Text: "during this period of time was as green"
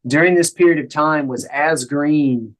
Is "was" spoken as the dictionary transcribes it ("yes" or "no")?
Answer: yes